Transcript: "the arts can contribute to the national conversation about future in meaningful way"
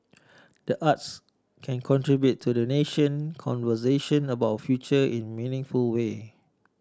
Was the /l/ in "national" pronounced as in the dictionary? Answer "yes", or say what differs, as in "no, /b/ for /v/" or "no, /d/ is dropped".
no, /n/ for /l/